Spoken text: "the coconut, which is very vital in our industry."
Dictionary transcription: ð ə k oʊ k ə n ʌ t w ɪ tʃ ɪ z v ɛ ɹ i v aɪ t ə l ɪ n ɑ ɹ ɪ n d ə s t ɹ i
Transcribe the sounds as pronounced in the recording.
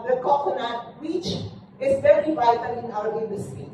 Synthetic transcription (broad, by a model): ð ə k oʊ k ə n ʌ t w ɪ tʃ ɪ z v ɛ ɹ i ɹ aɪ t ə n ɪ n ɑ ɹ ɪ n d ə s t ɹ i